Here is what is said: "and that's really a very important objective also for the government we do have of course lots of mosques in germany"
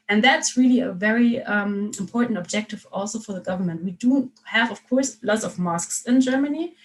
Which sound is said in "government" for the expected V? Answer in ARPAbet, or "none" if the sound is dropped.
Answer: V